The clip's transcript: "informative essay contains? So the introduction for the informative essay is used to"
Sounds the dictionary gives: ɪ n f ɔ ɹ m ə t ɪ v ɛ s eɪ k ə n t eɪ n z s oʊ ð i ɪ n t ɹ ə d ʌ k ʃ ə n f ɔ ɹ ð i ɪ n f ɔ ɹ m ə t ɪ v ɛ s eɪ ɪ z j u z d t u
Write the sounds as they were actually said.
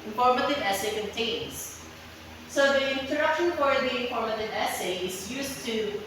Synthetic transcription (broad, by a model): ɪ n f ɔ ɹ m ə t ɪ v ɛ s eɪ k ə n t eɪ n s s oʊ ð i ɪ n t ə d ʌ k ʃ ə n f ɔ ɹ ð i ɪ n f ɔ ɹ m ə t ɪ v ɛ s eɪ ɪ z j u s t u